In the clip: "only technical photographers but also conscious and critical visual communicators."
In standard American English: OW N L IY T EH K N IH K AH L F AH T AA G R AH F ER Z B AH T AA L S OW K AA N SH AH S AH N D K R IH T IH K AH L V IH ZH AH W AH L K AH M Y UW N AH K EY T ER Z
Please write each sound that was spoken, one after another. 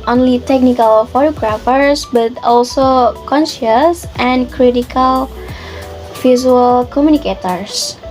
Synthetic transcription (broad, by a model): OW N L IY T EH K N IH K AH L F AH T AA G R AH F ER S B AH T AA L S OW K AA N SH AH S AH N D K R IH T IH K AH L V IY Z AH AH L K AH M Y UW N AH K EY T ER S